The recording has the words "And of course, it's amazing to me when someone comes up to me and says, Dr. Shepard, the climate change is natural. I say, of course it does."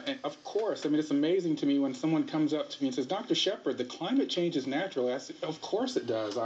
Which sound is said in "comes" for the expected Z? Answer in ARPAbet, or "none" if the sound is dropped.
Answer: Z